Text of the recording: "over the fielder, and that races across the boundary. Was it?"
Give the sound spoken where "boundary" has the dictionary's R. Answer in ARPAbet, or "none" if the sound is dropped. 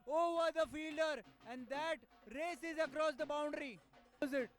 R